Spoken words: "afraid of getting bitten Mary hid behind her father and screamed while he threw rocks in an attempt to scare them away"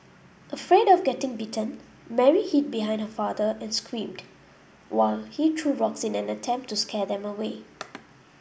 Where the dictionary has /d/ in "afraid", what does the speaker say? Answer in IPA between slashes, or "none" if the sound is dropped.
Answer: /d/